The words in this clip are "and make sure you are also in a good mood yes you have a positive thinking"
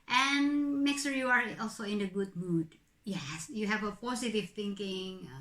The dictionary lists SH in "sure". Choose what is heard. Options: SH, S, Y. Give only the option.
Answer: S